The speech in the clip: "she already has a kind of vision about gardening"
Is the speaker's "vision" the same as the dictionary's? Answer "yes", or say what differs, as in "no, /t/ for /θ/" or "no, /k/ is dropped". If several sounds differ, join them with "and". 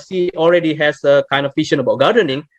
no, /ʃ/ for /ʒ/